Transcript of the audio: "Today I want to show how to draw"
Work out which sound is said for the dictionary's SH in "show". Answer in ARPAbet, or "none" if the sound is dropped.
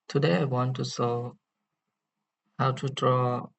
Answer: S